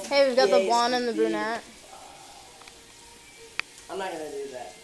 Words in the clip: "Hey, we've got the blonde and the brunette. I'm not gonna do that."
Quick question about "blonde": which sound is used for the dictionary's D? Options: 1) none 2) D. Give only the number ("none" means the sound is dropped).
1